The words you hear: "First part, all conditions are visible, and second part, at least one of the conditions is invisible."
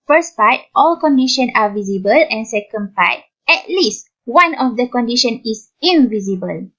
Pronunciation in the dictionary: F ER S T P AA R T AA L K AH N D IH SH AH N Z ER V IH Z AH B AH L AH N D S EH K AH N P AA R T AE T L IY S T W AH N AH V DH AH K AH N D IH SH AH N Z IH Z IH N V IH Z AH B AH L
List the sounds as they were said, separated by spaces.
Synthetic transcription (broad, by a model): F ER S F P AA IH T AA L K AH N D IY SH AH N AA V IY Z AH B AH L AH N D S EH K AH N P AA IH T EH T L IY S T W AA N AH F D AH K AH N D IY SH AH N IH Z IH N V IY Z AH B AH L